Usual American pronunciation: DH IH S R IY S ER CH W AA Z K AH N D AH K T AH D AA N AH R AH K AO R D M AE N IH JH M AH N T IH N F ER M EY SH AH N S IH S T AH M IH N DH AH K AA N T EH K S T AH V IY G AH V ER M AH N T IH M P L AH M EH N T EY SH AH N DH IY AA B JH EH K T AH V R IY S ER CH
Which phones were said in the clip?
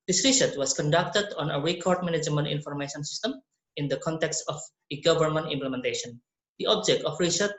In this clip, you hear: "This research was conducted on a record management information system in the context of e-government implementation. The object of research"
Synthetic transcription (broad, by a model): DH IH S R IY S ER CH W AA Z K AH N D AH K T AH D AA N AH R AH K AO R D M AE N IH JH M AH N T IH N F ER M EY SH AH N S IH S T AH M IH N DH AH K AA N T EH K S T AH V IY G AH V ER M AH N T IH M P L AH M EH N T EY SH AH N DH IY AA B JH EH K T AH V R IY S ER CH